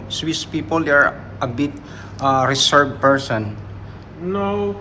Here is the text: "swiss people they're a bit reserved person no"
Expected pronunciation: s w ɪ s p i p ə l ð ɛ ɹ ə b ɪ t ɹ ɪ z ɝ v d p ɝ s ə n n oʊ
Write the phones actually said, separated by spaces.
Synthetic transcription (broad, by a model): s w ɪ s p i p ə l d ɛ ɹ ə b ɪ t ɹ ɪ s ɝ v p ɝ s ə n n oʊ